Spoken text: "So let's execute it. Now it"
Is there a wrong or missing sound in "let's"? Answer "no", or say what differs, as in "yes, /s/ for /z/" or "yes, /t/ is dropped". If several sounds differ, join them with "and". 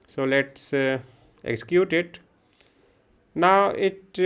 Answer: no